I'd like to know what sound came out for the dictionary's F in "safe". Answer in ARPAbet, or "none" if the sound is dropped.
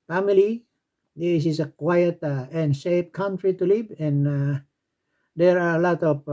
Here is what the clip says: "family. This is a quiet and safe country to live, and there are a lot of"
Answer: P